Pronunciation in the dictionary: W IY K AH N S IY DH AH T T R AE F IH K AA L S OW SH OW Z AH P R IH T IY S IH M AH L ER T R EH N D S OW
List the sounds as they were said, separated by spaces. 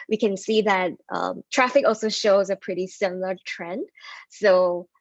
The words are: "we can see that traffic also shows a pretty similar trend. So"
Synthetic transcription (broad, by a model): W IY K AH N S IY DH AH T T R AE F IH K AA L S OW SH OW Z AH P R IH T IY S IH M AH L ER T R EH N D S OW